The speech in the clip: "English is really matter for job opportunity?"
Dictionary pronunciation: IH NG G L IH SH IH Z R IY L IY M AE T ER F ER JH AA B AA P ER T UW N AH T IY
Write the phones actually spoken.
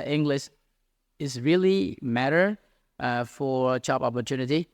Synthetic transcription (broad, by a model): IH NG G L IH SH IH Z R IY L IY M AE T ER F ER CH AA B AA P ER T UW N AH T IY